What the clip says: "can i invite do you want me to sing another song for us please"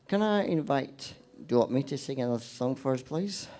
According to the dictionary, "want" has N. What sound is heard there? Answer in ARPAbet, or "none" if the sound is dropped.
none